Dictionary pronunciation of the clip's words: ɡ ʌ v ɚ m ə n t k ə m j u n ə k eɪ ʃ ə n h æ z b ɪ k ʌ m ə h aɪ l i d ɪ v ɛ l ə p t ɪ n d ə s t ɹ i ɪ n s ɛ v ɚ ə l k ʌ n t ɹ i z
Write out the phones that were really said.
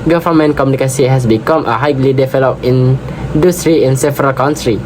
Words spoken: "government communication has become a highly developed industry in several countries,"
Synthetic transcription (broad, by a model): ɡ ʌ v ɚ m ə n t k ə m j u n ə k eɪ s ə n h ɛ s b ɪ k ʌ m ə h aɪ l i d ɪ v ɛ l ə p ɪ n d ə s t ɹ i ɪ n s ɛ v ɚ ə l k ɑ n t ɹ i